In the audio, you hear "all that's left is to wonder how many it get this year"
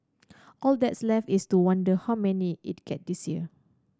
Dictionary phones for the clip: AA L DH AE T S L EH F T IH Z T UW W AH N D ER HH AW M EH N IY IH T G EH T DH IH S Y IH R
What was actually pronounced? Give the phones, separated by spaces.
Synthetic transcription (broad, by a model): AA L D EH T S L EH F IH S T UW W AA N D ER HH AW M EH N IY IH T G EH T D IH S Y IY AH